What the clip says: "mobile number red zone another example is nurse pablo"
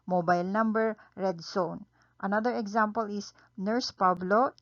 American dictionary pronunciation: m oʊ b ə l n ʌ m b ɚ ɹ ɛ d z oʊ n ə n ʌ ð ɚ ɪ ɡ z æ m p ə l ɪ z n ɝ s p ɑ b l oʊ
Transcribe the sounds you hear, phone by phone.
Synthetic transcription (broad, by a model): m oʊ b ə l n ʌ m b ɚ ɹ ɛ d s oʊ n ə n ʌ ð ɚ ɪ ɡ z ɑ m p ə l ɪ s n ɝ s p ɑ b l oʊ